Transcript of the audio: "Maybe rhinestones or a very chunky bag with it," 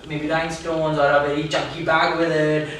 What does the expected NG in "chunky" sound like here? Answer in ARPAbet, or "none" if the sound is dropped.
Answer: none